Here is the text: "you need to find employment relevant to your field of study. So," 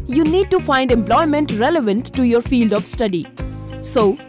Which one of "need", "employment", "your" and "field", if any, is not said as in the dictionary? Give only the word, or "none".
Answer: none